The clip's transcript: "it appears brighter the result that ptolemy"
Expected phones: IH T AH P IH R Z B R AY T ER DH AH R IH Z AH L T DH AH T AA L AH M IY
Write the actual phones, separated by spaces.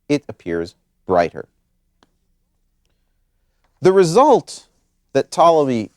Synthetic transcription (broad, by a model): IH T AH P IH R Z B R AY T ER DH AH R IH Z AH L T DH AH T AA L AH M IY